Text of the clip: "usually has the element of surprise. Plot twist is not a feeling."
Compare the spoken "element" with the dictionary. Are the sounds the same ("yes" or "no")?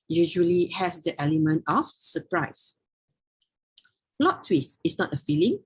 yes